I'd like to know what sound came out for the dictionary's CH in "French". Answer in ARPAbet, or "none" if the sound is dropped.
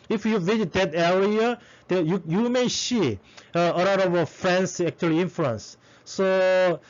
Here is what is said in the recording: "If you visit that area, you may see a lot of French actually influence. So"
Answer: S